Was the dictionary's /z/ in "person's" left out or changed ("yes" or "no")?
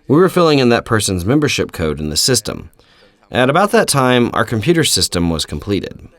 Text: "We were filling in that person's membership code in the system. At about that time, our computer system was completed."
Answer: no